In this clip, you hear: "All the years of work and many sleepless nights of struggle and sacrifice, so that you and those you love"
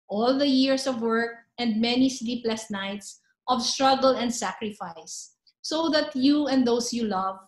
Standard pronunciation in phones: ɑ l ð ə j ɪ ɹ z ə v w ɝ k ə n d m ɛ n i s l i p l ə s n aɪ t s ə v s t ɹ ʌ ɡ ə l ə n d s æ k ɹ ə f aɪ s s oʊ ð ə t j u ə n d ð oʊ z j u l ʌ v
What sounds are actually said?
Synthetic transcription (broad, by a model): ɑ l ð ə j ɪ ɹ s ə v w ɝ k ə n d m ɛ n i s l i p l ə s n aɪ t s ə v s t ɹ ʌ ɡ ə l ə n d s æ k ɹ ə f aɪ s s oʊ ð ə t j u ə n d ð oʊ s j u l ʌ v